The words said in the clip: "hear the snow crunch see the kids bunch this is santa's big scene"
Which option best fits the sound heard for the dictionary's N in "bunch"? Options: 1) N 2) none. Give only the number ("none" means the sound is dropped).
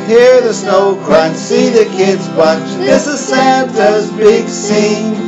2